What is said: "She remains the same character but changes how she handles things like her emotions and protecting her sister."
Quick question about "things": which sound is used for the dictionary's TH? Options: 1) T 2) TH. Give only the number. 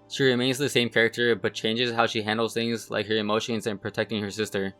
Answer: 2